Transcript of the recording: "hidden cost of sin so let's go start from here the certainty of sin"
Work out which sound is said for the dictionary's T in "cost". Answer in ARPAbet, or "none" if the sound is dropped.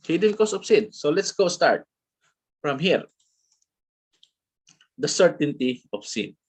none